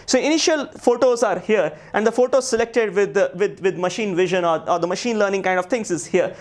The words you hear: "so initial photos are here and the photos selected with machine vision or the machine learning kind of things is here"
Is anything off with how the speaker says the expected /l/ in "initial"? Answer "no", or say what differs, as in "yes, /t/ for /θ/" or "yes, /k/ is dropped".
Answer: no